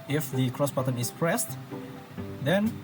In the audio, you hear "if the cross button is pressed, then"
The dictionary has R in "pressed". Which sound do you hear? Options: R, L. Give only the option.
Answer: R